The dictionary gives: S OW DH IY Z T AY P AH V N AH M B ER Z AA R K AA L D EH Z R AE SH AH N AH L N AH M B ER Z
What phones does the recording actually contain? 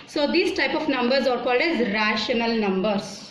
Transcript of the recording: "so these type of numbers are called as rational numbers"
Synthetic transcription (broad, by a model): S OW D IY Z T AY P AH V N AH M B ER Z AA R K AA L D EH Z R AE SH AH N AH L N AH M B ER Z